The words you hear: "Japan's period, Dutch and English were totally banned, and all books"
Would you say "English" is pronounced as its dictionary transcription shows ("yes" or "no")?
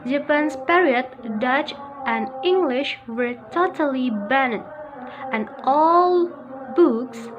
yes